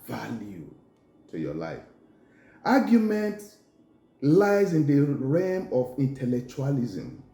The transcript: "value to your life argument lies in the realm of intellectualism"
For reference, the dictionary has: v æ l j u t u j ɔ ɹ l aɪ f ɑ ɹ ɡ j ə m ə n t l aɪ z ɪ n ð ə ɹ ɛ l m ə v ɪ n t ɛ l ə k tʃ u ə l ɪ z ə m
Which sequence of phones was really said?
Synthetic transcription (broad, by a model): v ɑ l j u t u j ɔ l aɪ f ɑ ɡ j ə m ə n t l aɪ z ɪ n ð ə ɹ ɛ m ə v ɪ n t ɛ l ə k tʃ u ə l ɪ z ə m